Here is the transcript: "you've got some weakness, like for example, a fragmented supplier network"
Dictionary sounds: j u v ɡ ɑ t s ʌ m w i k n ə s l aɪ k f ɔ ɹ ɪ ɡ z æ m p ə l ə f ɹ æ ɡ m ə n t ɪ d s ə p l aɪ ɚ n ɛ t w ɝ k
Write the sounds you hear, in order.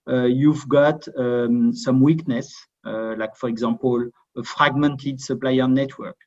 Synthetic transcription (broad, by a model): j u v ɡ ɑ t s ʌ m w i k n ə s l aɪ k f ɔ ɹ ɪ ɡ z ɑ p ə l ə f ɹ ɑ ɡ m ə n t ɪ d s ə p l aɪ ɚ n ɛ t w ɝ k